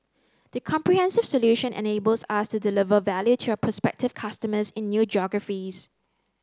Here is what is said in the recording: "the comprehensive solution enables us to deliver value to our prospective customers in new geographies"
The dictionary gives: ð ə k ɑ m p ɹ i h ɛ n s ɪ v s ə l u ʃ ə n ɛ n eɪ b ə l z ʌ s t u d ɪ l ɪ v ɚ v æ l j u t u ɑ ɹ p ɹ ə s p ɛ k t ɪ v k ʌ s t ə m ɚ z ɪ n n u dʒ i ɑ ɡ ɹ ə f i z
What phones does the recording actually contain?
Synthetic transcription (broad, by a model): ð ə k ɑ m p ɹ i h ɛ n s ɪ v s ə l u ʃ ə n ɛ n eɪ b ə l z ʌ s t u d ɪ l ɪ v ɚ v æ l j u t u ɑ p ə s p ɛ k t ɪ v k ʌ s t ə m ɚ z ɪ n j u dʒ ɑ ɡ ɹ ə f i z